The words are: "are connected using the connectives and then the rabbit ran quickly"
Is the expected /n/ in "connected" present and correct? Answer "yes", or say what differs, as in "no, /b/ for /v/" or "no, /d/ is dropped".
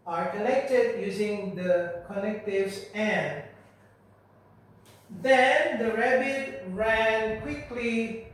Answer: no, /l/ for /n/